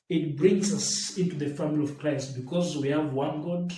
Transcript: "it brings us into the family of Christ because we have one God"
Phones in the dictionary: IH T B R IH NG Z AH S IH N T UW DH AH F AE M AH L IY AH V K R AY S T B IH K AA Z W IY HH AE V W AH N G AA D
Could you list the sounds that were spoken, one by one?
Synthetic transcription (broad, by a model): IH T B R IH NG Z AH S IH N T UW DH AH F AE M AH L IY AH V K R AY S T B IH K AA Z W IY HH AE V W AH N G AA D